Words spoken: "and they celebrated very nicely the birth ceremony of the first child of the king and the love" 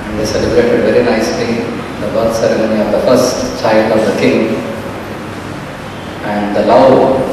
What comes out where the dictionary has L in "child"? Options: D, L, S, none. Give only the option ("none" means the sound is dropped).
L